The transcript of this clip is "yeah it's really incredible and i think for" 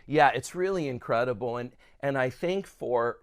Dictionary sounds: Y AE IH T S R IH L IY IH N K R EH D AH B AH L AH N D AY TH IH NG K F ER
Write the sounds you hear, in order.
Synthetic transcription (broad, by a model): Y AE IH T S R IH L IY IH N K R EH D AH B L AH N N AY TH IH NG K F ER